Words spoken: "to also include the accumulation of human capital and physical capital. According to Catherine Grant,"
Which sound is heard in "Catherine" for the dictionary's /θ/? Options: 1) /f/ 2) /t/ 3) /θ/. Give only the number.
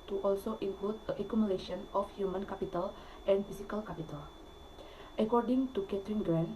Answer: 2